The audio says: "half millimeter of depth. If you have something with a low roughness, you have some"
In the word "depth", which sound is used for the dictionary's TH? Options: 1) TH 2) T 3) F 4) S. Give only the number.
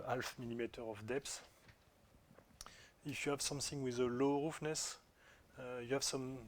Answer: 4